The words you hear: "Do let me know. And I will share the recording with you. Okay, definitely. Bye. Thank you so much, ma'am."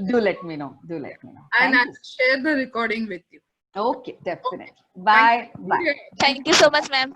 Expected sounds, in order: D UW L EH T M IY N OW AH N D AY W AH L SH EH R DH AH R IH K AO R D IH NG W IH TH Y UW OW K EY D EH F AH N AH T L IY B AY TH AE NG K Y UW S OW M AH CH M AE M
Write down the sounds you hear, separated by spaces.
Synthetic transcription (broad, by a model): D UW L EH T M IY N OW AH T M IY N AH N SH EH R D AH R IH K AO R D IH NG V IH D Y UW OW K EY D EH F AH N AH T L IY B AY T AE NG K Y UW S OW M AH CH M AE M